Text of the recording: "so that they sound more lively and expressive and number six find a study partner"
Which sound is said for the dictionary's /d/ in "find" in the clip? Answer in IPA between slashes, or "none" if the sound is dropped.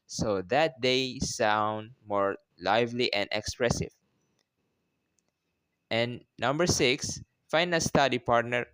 none